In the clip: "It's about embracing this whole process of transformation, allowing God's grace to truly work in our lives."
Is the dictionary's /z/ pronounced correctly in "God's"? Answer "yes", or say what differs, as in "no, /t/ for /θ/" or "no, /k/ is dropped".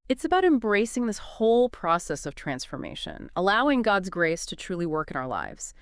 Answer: yes